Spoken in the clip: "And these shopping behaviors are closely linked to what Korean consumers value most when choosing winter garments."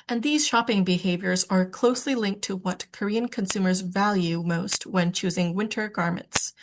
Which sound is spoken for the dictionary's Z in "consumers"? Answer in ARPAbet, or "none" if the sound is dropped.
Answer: Z